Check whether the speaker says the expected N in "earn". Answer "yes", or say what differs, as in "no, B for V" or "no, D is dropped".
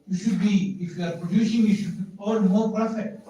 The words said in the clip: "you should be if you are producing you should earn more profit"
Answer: no, L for N